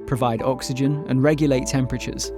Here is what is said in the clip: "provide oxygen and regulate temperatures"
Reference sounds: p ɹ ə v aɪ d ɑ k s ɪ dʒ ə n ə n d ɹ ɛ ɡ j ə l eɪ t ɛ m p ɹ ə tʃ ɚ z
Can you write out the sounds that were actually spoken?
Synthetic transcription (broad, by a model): p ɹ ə v aɪ d ɑ k s ɪ dʒ ə n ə n ɹ ɛ ɡ j ə l eɪ t ɛ m p ɹ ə tʃ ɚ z